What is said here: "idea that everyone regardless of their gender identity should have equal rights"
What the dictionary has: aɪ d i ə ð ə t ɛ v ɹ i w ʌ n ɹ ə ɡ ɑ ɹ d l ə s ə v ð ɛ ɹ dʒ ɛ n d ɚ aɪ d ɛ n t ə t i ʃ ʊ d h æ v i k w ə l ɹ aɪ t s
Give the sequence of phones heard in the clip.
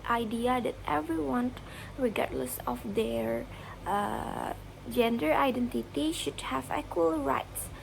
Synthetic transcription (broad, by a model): aɪ d i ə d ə t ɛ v ɹ i w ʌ n ɹ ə ɡ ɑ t l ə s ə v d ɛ ɹ dʒ ɛ n d ɚ aɪ d ɛ n t ə t i ʃ ʊ d h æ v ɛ k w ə l ɹ aɪ t s